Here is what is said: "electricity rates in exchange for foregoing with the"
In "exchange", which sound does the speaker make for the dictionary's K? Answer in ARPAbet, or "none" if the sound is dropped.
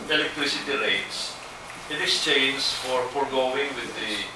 none